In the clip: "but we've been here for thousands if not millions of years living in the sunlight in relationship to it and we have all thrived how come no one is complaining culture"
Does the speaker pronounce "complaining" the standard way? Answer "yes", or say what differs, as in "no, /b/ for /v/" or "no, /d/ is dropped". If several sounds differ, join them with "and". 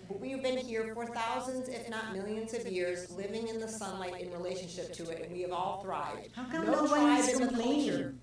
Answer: no, /n/ is dropped